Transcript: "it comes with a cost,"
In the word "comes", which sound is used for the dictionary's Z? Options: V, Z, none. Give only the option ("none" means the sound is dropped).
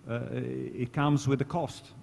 Z